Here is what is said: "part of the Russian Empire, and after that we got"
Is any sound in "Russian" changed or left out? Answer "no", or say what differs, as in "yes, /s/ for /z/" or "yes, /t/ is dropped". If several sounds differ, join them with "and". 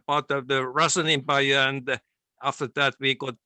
yes, /s/ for /ʃ/